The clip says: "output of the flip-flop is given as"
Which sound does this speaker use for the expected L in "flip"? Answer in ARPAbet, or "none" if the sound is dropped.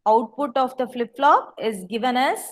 L